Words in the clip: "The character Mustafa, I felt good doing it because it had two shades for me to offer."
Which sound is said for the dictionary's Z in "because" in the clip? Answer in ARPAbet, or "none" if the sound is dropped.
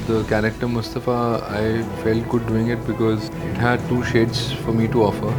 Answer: Z